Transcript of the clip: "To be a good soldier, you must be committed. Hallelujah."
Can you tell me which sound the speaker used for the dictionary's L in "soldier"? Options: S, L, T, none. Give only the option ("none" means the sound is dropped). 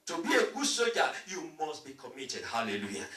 none